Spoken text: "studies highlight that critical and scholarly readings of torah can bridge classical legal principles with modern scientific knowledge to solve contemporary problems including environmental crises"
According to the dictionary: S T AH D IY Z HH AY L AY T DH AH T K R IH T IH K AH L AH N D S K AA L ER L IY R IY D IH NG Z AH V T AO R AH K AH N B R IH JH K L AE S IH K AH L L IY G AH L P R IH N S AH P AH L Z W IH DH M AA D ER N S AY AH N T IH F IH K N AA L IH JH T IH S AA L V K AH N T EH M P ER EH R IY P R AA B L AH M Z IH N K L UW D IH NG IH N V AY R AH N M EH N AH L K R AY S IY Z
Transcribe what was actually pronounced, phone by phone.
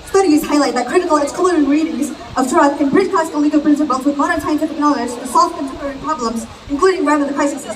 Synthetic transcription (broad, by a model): S T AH D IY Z HH AY L AY T DH AH T K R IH T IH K L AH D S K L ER IY R IY D IH NG Z AH V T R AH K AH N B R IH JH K AE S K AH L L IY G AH P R IH N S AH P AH L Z W IH DH M AA D ER N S AY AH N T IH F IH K N AA L IH JH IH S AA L F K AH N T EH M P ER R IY P R AA B L AH M Z IH N K L UW D IH NG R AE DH AH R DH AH K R AY S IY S